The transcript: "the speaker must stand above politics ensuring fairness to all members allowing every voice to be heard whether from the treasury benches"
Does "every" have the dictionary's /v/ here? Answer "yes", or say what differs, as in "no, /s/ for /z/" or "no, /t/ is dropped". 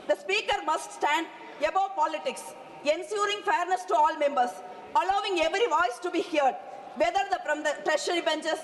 yes